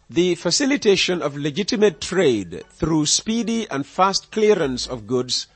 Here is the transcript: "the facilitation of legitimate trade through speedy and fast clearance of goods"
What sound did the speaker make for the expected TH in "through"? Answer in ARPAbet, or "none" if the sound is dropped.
TH